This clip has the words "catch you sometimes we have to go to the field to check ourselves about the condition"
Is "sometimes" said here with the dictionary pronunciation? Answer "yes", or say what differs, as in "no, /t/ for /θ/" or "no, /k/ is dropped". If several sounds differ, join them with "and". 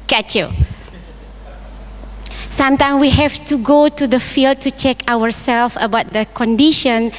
no, /z/ is dropped